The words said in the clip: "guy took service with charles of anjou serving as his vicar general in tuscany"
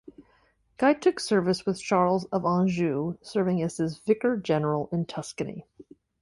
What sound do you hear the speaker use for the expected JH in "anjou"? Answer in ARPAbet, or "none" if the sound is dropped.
ZH